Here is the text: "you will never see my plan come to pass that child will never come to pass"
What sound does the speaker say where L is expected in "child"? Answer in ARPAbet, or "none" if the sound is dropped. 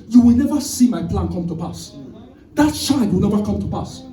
none